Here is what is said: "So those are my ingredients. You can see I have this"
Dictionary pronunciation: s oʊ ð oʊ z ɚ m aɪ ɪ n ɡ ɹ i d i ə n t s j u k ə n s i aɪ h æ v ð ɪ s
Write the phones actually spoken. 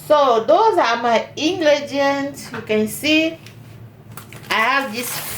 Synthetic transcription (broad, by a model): s oʊ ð oʊ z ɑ m aɪ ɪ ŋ ɡ l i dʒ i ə n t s j u k ə n s i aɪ h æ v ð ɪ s